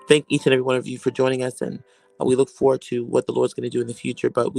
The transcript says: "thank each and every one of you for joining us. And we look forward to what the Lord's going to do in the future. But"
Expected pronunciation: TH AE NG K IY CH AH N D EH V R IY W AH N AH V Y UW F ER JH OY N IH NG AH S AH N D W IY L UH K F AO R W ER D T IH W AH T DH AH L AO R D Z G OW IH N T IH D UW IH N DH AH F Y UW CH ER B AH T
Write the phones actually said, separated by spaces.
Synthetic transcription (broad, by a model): TH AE NG K IY CH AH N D EH V R IY W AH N AH V Y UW F ER JH OY N IH NG AH S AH N W IY L UH K F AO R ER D T IH W AH T DH AH L AO R D Z G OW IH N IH D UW IH N DH AH F Y UW CH ER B AH T